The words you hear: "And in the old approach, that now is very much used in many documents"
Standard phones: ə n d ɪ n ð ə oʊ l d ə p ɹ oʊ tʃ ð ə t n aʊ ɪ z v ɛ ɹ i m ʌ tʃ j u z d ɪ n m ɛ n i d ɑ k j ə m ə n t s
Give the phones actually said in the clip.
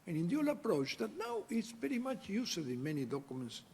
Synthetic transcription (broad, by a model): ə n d ɪ n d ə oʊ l ə p ɹ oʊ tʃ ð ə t n aʊ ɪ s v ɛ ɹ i m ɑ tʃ j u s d ɪ n m ɛ n i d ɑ k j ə m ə n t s